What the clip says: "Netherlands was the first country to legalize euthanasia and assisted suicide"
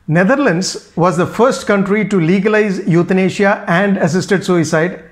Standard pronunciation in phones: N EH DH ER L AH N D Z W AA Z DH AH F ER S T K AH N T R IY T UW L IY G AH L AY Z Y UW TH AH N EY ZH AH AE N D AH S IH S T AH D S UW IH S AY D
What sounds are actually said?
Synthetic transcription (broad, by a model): N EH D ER L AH N D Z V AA Z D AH F ER S T K AH N T R IY T UW L IY G AH L AY Z Y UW T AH N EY SH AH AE N D AH S IH S T AH D S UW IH S AY D